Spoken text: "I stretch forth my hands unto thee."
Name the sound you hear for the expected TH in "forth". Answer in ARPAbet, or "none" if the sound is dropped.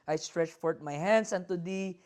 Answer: T